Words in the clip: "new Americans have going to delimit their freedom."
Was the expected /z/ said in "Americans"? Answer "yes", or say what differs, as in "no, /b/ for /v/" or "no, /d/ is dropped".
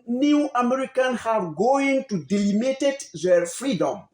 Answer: no, /z/ is dropped